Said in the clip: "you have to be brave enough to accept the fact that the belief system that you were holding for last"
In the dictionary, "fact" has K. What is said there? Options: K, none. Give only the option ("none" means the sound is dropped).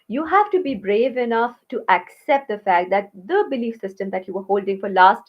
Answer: K